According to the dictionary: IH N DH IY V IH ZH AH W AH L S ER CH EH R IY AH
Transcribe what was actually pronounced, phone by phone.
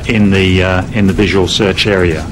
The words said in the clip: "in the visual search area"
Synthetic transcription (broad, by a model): IH N DH IY V IH ZH AH W AH L S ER CH EH R IY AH